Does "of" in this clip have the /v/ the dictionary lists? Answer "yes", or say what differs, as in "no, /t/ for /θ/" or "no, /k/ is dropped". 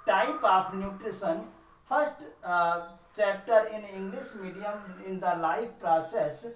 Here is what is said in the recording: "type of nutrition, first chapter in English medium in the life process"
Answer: no, /p/ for /v/